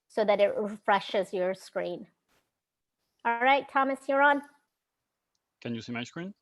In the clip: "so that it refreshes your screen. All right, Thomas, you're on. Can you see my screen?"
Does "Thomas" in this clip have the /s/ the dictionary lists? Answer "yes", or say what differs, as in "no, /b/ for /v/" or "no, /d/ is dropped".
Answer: yes